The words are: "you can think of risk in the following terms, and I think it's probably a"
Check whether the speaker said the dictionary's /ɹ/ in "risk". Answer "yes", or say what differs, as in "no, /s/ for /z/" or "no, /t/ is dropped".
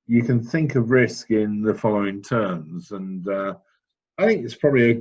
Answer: yes